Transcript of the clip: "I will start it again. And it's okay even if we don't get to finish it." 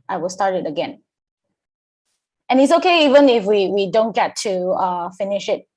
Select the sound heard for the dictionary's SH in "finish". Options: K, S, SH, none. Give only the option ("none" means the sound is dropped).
SH